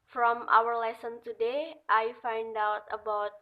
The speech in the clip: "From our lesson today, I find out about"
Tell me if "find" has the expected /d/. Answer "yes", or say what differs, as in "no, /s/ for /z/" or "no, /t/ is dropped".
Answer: yes